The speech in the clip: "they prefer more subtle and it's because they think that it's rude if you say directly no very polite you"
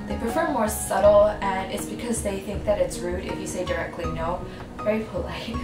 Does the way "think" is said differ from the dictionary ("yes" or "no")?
no